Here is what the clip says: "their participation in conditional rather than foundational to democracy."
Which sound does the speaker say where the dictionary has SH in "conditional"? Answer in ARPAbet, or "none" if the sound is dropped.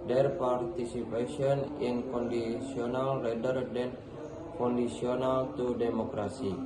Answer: S